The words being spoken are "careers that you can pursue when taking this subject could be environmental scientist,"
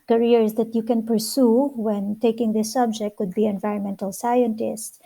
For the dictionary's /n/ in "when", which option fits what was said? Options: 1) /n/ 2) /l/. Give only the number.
1